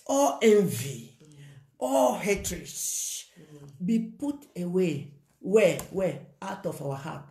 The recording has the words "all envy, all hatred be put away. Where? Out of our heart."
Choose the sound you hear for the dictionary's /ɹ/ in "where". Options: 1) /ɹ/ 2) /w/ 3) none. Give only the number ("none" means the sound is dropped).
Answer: 2